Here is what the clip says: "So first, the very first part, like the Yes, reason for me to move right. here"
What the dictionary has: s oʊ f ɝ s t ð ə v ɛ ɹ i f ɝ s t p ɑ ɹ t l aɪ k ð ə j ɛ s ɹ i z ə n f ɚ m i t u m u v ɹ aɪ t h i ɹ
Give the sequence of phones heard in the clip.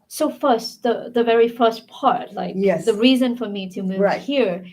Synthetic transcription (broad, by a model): s oʊ f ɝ s t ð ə v ɛ ɹ i f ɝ s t p ɑ ɹ t l aɪ k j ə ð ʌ ɹ i z ə n f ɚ m i t u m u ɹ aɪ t h i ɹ